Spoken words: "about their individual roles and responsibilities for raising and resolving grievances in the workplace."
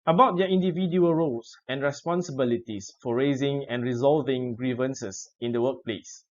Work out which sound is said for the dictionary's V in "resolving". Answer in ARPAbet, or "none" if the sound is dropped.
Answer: V